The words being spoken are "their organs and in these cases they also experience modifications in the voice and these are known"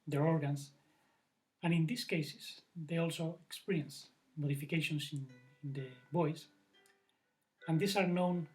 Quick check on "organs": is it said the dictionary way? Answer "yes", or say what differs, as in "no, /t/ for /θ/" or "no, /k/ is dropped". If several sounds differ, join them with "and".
no, /s/ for /z/